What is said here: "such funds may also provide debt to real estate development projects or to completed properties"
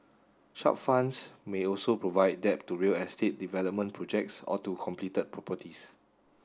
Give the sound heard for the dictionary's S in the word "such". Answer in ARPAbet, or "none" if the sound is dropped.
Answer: SH